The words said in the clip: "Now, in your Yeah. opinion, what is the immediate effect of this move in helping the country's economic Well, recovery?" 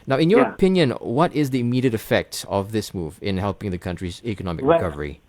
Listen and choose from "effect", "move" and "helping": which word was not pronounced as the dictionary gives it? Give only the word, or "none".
none